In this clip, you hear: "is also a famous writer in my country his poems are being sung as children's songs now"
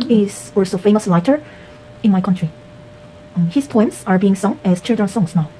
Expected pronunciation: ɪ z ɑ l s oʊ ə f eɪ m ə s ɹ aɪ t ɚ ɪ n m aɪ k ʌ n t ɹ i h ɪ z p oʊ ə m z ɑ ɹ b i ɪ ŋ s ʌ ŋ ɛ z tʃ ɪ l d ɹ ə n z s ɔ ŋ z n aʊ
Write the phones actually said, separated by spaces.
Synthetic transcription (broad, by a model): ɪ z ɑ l s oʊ f eɪ m ə s l aɪ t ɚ ɪ n m aɪ k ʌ n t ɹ i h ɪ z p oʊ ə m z ɑ ɹ b i ɪ ŋ s ʌ ŋ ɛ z tʃ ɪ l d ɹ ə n s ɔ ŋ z n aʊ